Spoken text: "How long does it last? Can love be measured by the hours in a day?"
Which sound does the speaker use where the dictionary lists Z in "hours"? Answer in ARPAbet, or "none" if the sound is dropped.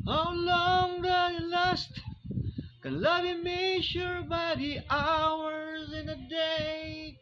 Z